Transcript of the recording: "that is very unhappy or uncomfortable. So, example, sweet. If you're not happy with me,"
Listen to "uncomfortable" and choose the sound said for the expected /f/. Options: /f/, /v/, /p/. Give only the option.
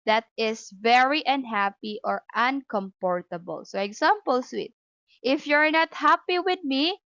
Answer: /p/